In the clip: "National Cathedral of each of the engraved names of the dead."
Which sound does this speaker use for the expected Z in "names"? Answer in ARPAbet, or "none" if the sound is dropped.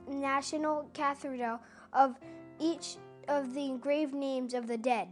Z